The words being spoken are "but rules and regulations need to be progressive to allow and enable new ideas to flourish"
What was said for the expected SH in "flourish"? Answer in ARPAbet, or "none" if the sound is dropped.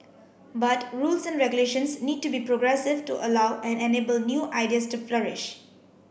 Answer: SH